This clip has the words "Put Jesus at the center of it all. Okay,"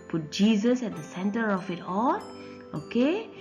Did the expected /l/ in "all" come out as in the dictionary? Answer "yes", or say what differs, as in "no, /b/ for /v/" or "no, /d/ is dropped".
no, /n/ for /l/